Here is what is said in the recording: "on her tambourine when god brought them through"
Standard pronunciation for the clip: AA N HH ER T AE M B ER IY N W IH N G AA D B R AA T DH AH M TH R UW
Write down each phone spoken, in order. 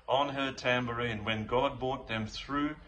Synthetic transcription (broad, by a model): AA N HH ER T AE M B ER IY N W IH N G AA D B AA T DH AH M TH R UW